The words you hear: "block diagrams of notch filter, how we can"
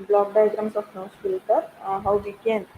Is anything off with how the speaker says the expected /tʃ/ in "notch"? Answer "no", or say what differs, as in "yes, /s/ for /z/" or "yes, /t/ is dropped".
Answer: yes, /s/ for /tʃ/